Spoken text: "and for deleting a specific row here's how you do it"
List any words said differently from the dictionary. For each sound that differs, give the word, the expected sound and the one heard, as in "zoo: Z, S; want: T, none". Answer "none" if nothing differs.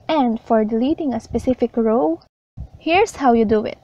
here's: Z, S